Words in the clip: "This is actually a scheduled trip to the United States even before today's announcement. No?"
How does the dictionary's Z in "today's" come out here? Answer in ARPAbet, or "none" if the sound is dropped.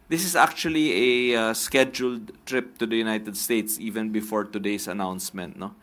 S